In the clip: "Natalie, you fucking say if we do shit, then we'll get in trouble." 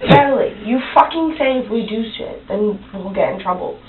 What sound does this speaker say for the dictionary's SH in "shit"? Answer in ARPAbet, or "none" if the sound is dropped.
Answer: S